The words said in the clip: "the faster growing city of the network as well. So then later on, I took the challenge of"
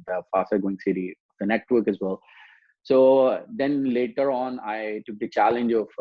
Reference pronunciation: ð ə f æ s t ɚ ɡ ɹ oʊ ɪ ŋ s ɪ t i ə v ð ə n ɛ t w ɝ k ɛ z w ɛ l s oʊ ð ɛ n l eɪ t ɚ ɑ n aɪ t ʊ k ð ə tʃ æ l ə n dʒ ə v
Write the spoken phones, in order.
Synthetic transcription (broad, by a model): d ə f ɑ s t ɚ ɡ oʊ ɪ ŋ s ɪ t i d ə n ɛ t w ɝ k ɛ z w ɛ l s oʊ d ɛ n l eɪ t ɚ ɑ n aɪ t ʊ k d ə tʃ æ l ə n dʒ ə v